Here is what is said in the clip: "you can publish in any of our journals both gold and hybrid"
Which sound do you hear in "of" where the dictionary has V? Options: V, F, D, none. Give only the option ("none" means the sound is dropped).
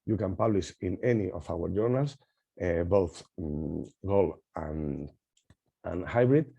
F